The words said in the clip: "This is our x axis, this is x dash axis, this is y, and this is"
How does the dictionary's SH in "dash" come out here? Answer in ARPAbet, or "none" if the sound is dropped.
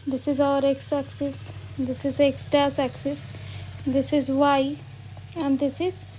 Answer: S